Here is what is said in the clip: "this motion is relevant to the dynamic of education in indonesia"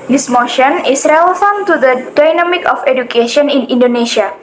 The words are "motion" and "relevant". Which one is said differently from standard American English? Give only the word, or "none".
relevant